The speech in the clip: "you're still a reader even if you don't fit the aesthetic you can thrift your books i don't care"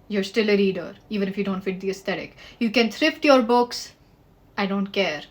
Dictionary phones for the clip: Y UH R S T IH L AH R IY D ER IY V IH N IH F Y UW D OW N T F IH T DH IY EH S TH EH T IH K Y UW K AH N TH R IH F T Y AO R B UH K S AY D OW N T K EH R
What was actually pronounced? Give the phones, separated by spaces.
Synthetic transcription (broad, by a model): Y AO R S T IH L AH R IY D ER IY V IH N IH F Y UW D OW N T F IH T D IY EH S T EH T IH K Y UW K AH N T R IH F T Y AO R B UH K S AY D OW N T K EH R